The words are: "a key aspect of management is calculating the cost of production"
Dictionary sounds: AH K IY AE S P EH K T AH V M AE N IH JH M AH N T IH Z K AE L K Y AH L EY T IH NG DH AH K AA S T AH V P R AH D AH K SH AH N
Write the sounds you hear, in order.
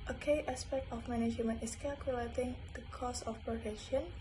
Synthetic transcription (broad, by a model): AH K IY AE S P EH K T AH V M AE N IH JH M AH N IH S K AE L K Y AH L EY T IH NG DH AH K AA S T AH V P R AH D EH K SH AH N